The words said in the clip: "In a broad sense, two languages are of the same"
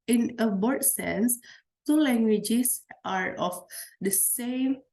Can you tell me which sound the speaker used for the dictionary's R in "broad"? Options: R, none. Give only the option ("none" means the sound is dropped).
none